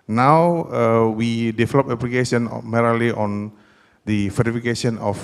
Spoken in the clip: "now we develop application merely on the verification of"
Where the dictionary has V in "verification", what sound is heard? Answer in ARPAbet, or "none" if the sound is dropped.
F